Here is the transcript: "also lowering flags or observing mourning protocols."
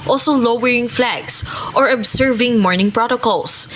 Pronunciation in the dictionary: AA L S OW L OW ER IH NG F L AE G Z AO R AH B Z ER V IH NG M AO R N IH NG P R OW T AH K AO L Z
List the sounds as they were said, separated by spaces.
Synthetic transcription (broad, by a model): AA L S OW L OW ER IH NG F L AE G S AO R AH B S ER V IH NG M AO R N IH NG P R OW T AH K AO L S